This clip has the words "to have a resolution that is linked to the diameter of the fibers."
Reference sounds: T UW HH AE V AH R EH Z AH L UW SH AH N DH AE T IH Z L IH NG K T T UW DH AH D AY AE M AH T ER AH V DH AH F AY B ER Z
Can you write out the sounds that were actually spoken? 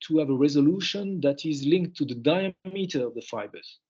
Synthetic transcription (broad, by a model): T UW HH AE V AH R EH Z AH L UW SH AH N DH AE T IH Z L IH NG K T T UW DH AH D AY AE M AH T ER AH V DH AH F AY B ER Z